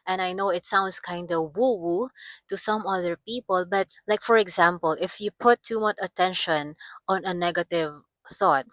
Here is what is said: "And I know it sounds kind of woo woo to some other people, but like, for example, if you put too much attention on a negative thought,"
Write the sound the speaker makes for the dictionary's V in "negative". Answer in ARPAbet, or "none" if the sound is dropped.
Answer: V